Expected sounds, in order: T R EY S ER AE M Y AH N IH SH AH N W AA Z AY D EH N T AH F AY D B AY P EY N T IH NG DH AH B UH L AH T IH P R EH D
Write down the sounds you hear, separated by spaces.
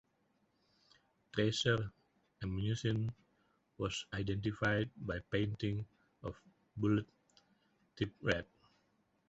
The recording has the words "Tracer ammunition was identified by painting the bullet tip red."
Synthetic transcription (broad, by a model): T R EY S ER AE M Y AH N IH S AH N W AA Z AY D EH N T AH F AY D B AY P EY N T IH NG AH B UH L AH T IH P R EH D